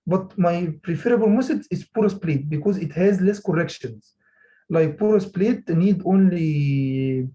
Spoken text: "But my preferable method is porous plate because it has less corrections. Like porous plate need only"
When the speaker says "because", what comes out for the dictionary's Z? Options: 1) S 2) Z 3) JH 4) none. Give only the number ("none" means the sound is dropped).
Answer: 2